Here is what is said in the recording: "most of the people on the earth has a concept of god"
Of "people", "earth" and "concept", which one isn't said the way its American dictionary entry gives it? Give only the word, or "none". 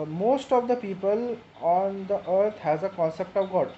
earth